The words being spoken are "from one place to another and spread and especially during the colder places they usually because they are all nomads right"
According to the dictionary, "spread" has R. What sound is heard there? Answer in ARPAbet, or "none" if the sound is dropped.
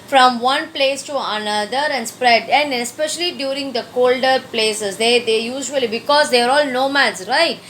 R